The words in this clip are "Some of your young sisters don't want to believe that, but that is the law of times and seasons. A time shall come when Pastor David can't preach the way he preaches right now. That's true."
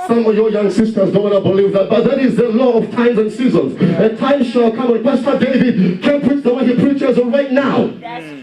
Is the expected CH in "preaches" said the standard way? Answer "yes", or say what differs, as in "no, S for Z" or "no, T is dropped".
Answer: yes